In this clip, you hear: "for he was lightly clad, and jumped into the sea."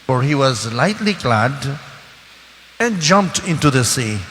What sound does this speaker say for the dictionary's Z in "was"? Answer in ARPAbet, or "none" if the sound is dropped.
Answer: Z